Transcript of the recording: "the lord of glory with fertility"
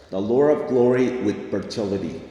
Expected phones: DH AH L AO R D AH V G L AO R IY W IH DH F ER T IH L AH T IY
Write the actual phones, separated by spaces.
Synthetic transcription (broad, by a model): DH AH L AO R AH V G L AO R IY W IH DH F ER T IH L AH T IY